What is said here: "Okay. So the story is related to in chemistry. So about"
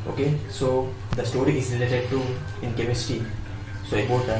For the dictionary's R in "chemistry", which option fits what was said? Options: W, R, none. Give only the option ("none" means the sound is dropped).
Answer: none